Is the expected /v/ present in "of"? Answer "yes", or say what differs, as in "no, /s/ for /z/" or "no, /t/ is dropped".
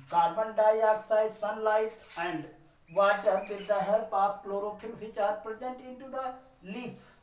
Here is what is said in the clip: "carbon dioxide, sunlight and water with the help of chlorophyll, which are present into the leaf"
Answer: no, /p/ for /v/